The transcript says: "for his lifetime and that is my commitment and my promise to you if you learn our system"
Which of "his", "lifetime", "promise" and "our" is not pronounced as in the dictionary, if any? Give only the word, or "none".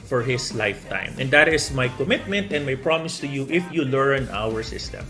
his